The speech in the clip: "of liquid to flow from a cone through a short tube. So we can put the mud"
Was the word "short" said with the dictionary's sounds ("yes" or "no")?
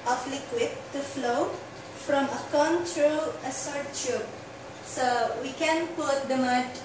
no